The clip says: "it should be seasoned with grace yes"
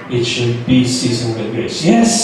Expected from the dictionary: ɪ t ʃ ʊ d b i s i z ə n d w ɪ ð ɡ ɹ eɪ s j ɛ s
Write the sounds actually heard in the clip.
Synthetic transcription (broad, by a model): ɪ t ʃ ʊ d b i s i z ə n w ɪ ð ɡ eɪ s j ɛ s